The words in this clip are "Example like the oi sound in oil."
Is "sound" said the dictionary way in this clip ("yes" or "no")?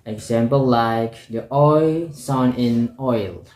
no